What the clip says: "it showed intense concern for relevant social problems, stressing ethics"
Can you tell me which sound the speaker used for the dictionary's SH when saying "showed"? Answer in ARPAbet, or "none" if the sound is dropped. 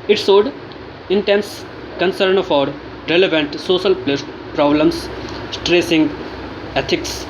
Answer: S